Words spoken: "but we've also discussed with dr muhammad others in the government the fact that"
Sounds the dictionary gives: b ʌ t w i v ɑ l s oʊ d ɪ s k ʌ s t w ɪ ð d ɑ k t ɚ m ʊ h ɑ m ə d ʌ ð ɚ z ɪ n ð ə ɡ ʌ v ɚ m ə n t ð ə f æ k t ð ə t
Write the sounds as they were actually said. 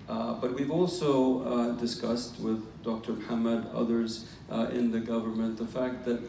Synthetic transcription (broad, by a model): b ʌ t w i v ɑ l s oʊ d ɪ s k ʌ s t w ɪ ð d ɑ k t ɚ m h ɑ m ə d ʌ ð ɚ z ɪ n ð ə ɡ ʌ v ɚ m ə n ð ə f æ k t ð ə t